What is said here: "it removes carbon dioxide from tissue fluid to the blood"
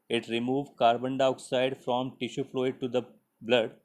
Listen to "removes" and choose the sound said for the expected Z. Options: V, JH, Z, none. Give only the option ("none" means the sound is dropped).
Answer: none